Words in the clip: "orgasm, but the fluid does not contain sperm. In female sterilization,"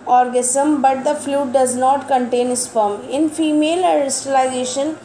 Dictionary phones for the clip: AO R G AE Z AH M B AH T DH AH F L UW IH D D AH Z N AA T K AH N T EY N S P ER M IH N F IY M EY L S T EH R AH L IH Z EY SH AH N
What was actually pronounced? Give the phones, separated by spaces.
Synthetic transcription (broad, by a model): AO R G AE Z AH M B AH T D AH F L UW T D AH Z N AA T K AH N T EY N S F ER M IH N F IY M EY L S T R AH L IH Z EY SH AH N